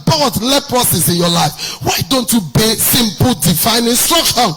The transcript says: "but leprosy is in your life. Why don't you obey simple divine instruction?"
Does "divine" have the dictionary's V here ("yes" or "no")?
no